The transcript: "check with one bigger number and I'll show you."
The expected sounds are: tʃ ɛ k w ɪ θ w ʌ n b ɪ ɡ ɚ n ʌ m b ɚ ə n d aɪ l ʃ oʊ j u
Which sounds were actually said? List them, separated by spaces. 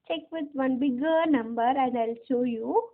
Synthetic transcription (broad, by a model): tʃ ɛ k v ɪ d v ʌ n b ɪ ɡ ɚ n ʌ m b ɚ ə n d aɪ l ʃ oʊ j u